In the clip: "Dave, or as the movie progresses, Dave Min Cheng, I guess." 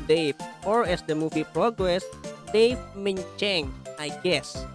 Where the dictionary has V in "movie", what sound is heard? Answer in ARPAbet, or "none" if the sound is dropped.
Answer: F